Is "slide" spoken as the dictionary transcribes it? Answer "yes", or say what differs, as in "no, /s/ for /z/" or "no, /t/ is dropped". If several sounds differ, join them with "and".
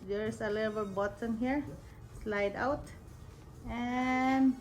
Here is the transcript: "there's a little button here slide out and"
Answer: yes